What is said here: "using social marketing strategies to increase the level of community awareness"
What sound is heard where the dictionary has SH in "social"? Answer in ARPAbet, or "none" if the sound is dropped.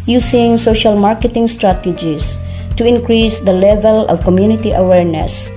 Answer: SH